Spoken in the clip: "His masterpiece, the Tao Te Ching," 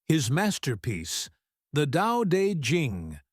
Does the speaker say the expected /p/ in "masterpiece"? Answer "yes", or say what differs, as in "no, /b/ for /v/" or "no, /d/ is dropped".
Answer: yes